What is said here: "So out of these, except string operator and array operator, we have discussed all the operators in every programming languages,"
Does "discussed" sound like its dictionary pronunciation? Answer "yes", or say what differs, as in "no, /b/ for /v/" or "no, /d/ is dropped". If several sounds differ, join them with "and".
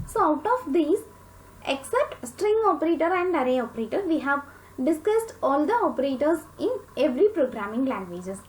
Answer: yes